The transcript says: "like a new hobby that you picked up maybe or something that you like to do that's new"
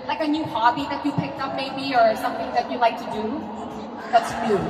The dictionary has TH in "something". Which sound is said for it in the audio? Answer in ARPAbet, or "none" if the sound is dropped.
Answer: TH